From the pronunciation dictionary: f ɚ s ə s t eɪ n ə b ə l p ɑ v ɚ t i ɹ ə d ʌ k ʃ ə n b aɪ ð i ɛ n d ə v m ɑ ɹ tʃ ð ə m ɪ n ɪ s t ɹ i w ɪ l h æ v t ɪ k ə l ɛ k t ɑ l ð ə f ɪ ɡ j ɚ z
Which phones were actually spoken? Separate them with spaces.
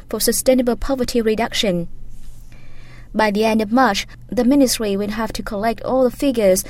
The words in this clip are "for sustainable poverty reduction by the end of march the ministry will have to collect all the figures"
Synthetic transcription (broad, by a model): f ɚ s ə s t eɪ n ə b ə l p ɑ v ɚ t i ɹ ə d ʌ k ʃ ə n b aɪ ð i ɛ n d ə v m ɑ ɹ tʃ ð ə m ɪ n ɪ s t ɹ i w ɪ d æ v t ɪ k ə l ɛ k t ɑ l ð ə f ɪ ɡ j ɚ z